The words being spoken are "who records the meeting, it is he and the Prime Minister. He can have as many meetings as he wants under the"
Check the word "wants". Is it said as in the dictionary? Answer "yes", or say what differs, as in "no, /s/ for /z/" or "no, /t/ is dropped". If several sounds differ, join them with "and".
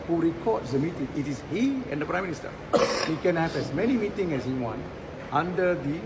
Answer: no, /s/ is dropped